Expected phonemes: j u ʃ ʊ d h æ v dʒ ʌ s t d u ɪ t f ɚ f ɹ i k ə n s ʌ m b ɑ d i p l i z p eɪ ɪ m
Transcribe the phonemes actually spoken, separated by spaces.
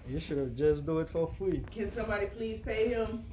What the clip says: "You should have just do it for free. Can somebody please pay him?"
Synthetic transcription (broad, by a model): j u ʃ ʊ d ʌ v dʒ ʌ s d u ɪ t f ɚ f l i k ə n s ʌ m b ɑ d i p l i z p eɪ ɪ m